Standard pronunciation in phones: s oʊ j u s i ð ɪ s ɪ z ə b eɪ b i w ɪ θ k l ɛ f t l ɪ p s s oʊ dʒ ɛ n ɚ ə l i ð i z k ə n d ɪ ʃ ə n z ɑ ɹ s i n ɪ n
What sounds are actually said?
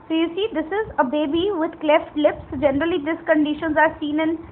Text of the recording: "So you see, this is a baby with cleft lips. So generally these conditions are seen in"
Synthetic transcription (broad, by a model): s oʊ j u s i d ɪ s ɪ z ə b eɪ b i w ɪ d k l ɛ f t l ɪ p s s dʒ ɛ n ɚ ə l i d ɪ s k ə n d ɪ ʃ ə n z ɑ ɹ s i n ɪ n